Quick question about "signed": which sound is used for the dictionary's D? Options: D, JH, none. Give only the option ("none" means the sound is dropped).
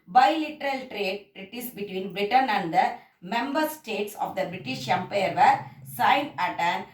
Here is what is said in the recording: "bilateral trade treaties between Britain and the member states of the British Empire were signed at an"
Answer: none